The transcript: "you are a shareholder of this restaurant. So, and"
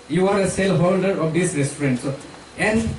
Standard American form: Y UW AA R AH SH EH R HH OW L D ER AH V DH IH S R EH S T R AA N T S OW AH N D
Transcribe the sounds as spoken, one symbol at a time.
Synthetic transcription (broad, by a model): Y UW AA R AH S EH L HH OW L D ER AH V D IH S R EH S T R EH N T S OW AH N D